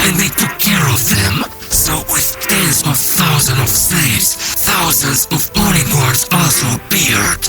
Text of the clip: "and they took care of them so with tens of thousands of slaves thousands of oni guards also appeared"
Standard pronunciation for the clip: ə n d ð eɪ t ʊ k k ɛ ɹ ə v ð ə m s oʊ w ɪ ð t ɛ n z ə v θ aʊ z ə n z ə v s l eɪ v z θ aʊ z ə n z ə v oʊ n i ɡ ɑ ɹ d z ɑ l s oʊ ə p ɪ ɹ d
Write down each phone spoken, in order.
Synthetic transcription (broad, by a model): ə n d ð eɪ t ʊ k k ɛ ɹ ə v ð ə m s oʊ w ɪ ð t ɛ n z ə v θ aʊ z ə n ə v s eɪ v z θ aʊ z ə n z ə v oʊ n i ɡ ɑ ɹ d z ɑ l s oʊ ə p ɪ ɹ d